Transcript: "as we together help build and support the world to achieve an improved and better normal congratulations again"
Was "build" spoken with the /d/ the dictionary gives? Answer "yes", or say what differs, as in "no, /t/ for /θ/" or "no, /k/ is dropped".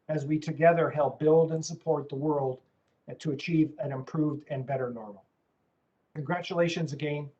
yes